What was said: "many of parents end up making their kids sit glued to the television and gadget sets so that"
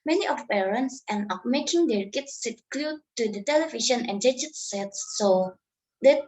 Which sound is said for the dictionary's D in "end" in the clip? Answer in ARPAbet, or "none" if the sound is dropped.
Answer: none